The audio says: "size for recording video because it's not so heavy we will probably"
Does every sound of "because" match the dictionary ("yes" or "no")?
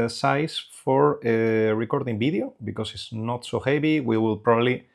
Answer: no